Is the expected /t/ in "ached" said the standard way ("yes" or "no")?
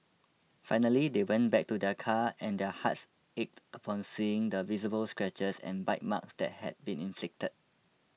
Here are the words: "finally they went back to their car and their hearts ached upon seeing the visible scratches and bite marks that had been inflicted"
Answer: yes